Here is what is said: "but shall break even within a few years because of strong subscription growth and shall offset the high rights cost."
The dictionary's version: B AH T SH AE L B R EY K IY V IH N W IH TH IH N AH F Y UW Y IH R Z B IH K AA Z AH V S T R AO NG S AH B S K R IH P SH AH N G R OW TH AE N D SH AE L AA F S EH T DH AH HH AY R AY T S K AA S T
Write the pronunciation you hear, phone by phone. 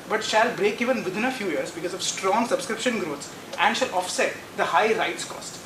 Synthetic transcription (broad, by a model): B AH T SH AE L B R EY K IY V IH N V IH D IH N AH F Y UW Y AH R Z B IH K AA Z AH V S T R AO NG S AH B S K R IH P SH AH N G R OW S AE N D SH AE L AA F S EH T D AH HH AY R AY T S K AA S T